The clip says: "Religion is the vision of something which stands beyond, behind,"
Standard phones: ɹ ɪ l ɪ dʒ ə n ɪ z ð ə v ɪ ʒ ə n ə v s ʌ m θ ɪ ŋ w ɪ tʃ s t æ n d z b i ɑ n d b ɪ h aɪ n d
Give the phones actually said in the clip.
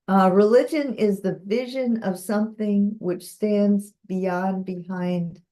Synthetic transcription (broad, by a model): ɹ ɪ l ɪ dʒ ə n ɪ z ð ə v ɪ ʒ ə n ə v s ʌ m θ ɪ ŋ w ɪ tʃ s t æ n d z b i ɑ n b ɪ h aɪ n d